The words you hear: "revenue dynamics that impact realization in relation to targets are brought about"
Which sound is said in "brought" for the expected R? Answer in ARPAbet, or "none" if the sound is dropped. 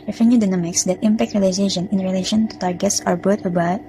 none